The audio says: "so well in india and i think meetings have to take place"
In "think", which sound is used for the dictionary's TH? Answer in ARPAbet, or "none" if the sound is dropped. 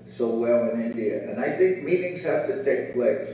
TH